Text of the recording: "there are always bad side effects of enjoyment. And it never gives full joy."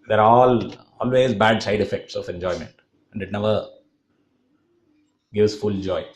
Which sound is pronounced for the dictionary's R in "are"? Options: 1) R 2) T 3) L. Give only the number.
3